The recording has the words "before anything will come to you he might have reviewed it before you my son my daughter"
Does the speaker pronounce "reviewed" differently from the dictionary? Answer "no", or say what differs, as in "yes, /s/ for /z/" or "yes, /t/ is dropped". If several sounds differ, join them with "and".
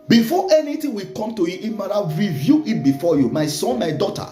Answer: yes, /d/ is dropped